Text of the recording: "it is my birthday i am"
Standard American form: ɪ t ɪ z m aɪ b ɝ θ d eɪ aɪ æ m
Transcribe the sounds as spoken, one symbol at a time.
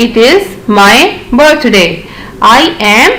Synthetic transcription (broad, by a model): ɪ t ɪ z m aɪ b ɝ t d eɪ aɪ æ m